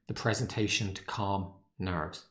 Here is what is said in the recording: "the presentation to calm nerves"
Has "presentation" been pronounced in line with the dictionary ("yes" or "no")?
yes